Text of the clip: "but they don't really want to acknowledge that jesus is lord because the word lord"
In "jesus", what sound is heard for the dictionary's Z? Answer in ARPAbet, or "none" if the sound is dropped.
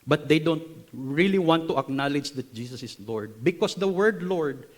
S